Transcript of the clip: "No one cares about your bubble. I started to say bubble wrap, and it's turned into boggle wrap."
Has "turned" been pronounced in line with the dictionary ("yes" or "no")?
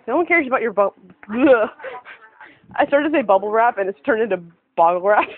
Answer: no